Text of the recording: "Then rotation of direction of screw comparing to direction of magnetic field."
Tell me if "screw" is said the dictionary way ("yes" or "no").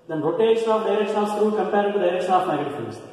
no